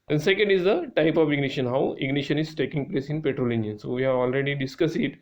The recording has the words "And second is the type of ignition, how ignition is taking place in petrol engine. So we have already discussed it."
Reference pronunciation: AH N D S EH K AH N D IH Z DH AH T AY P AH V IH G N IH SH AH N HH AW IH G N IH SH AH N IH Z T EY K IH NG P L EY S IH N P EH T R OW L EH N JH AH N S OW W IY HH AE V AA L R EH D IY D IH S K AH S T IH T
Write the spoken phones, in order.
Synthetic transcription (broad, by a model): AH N S EH K AH N D IH Z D AH T AY P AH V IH G N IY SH AH N HH AW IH G N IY SH AH N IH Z T EY K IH NG P L EY S IH N P EH T R OW L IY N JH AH N S OW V IY HH AE V AA L R EH D IY D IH S K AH S IH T